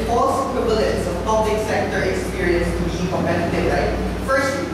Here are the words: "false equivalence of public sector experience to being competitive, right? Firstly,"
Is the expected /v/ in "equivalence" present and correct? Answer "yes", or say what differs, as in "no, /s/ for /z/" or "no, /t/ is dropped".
no, /b/ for /v/